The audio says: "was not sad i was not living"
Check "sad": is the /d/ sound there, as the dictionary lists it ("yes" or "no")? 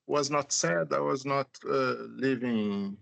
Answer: yes